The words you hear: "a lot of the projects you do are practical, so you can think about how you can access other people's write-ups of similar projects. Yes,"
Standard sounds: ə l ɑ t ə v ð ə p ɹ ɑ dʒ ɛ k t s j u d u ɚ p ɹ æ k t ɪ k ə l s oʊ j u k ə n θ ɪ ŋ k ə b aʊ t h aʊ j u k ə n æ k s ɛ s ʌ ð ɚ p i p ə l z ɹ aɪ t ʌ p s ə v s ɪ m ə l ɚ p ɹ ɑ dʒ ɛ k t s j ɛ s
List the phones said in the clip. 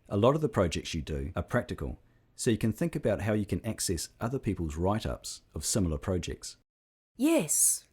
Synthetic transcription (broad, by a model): ə l ɑ t ə v ð ə p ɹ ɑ dʒ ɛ k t s j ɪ d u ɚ p ɹ æ k t ɪ k ə l s oʊ j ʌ k ə n θ ɪ ŋ k ə b aʊ t h aʊ j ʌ k ə n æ k s ɛ s ʌ ð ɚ p i p ə l z ɹ aɪ t ʌ p s ə v s ɪ m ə l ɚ p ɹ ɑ dʒ ɛ k t s j ɛ s